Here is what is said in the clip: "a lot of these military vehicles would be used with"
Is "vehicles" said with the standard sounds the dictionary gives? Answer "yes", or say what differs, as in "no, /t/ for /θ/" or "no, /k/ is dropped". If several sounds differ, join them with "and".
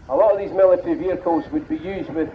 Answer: no, /l/ is dropped